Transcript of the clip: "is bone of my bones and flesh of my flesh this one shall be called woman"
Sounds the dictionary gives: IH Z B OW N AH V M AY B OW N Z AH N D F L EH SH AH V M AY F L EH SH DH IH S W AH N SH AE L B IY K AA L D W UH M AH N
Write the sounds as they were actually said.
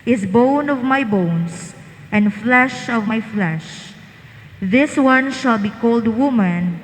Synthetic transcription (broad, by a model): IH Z B OW N AH V M AY B OW N S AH N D F L EH SH AH V M AY F L EH SH DH IH S W AH N SH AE L B IY K AA L D W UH M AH N